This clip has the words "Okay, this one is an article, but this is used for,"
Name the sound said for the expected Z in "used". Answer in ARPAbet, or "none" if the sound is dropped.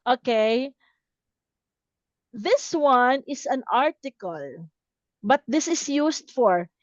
S